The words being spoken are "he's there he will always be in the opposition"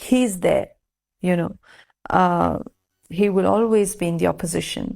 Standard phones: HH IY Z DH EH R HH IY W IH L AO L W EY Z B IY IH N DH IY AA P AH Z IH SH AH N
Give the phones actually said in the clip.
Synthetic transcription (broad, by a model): HH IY Z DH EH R HH IY W IH L AO L W EY Z B IY IH N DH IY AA P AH Z IH SH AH N